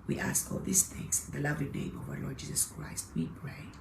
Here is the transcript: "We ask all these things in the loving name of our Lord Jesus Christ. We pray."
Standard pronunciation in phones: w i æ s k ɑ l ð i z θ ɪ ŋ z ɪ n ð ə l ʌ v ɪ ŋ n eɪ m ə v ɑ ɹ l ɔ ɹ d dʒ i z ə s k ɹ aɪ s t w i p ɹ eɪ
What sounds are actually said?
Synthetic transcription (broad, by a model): w i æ s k ɑ l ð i s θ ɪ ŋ s ɪ n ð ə l ʌ v ɪ ŋ n eɪ m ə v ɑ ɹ l ɔ ɹ d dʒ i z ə s k ɹ aɪ s t w i p ɹ eɪ